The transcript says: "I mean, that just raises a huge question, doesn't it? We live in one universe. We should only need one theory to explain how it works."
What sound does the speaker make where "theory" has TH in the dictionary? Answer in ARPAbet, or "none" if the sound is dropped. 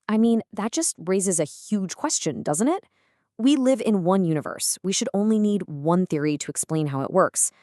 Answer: TH